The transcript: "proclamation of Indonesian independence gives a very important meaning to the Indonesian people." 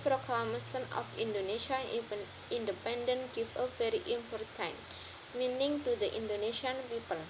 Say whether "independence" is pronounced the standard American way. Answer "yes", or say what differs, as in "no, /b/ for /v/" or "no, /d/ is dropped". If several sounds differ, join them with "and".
no, /s/ is dropped